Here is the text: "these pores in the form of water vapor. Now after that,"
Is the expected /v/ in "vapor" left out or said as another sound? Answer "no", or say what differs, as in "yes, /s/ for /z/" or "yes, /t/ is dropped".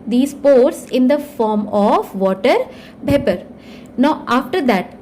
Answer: yes, /b/ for /v/